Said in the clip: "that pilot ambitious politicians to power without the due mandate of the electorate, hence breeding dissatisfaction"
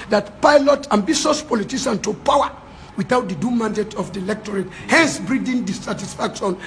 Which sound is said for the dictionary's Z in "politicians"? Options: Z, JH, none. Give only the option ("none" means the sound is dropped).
none